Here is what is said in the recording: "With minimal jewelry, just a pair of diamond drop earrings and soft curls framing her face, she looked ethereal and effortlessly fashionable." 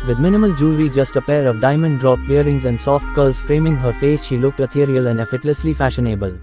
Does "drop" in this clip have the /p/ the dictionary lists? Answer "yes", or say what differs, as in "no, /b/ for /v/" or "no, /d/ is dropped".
no, /b/ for /p/